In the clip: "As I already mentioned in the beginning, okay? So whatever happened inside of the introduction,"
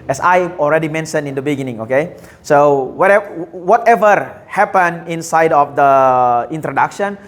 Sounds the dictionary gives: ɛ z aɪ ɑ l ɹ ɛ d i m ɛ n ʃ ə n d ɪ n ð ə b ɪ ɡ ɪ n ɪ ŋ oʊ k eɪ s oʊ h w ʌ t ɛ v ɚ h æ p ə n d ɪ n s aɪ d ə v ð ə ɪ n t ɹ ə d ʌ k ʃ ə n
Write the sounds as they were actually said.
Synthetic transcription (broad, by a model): ɛ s aɪ ɑ l ɹ ɛ d i m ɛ n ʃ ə n ɪ n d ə b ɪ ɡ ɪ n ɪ ŋ oʊ k eɪ s oʊ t w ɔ t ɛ v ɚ h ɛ p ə n ɪ n s aɪ d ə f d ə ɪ n t ɹ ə d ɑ k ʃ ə n